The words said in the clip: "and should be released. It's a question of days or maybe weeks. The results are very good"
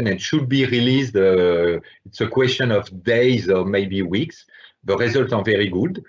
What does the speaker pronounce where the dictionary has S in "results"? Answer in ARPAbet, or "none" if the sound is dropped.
none